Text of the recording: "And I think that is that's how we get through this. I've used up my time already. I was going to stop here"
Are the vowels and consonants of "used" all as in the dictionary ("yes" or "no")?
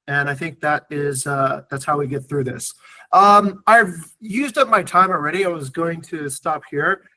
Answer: yes